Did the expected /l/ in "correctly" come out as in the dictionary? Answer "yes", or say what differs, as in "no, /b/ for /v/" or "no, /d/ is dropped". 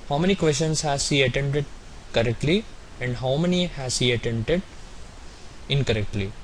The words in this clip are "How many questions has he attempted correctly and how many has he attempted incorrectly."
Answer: yes